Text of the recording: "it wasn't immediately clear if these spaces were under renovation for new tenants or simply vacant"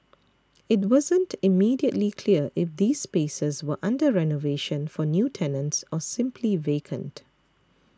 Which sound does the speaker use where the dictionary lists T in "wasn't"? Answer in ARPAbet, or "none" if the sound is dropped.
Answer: T